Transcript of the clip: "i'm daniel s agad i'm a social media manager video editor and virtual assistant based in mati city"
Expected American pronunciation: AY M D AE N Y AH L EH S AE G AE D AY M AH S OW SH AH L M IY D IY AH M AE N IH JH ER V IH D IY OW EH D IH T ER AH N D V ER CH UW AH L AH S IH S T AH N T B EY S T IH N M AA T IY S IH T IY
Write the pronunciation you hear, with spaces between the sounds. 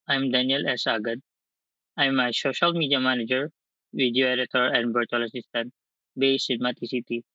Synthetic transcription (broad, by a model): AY M D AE N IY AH L EH S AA G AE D AY M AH S OW SH AH L M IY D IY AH M AE N IH JH ER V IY D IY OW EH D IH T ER AH N D B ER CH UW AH L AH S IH S T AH N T B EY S IH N M AA T IY S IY T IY